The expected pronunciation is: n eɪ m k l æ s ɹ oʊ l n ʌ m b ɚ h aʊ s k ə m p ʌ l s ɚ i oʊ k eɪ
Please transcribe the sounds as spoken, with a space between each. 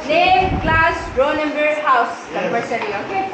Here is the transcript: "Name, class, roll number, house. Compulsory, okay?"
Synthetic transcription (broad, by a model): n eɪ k l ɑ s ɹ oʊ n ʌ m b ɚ h aʊ s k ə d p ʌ s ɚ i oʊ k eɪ